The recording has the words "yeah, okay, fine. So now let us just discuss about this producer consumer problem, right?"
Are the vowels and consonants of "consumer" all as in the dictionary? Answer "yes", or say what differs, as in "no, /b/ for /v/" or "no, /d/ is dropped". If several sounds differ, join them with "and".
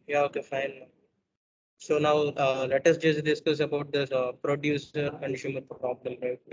no, /ʃ/ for /s/